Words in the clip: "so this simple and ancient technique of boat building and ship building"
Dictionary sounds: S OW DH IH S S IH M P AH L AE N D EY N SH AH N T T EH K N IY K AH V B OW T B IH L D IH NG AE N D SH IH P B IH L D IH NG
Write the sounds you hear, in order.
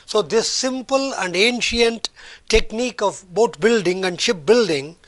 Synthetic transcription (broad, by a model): S OW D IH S S IH M P AH L AE N D EY N SH AH N T T EH K N IY K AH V B OW T B IH L D IH NG AE N D SH IH P B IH L D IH NG